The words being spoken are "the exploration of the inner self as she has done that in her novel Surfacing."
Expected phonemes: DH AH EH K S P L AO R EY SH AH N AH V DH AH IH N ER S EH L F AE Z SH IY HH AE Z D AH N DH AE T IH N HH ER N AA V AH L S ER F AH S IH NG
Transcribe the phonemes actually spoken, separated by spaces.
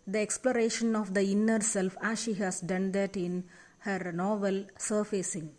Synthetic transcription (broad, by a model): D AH EH K S P L AO R EY SH AH N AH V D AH IH N ER S EH L F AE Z SH IY HH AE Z D AH N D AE T IH N HH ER N AA V AH L S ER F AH S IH NG